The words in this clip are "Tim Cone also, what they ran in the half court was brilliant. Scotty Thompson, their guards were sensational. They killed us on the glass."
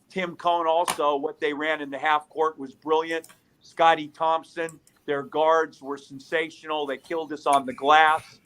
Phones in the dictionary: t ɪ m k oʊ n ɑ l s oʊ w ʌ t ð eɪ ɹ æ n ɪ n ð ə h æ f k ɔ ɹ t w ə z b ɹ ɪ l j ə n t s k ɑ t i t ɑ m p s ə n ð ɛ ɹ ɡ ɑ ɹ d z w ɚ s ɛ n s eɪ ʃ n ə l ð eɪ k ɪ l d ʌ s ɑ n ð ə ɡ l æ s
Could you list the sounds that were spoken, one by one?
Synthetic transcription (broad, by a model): t ɪ m k oʊ n ɑ l s oʊ w ʌ t ð eɪ ɹ æ n ɪ n ð ə h æ f k ɔ ɹ t w ə z b ɹ ɪ l j ə n t s k ɑ t i t ɑ m p s ə n ð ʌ ɹ ɡ ɑ ɹ d z w ɚ s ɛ n s eɪ ʃ n l ð eɪ k ɪ l d ʌ s n ð ə ɡ l æ s